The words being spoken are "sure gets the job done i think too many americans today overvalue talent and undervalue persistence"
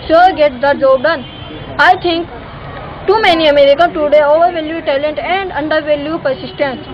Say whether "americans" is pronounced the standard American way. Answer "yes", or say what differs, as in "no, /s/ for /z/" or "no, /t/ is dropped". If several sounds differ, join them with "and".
no, /z/ is dropped